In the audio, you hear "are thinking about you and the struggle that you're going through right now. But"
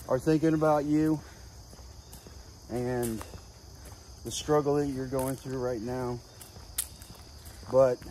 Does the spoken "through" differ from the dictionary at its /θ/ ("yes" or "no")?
no